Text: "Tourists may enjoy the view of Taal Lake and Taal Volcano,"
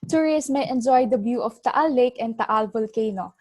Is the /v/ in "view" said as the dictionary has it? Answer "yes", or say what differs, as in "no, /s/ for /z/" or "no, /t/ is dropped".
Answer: no, /b/ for /v/